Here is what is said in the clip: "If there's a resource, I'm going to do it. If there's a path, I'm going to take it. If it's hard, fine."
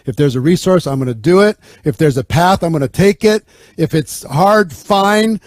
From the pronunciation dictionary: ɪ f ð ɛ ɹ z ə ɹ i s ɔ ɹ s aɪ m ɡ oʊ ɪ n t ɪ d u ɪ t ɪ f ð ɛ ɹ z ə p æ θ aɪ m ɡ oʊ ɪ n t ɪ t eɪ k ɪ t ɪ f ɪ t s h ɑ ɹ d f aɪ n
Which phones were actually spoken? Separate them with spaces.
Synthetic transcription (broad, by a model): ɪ f ð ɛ ɹ z ə ɹ i s ɔ ɹ s aɪ m ɡ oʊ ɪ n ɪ d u ɪ t ɪ f ð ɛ ɹ z ə p æ θ aɪ m ɡ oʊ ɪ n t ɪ t eɪ k ɪ t ɪ f ɪ t s h ɑ ɹ d f aɪ n